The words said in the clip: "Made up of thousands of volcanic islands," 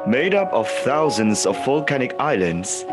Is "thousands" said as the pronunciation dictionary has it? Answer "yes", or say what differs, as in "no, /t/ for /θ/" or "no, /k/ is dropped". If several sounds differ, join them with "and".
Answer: yes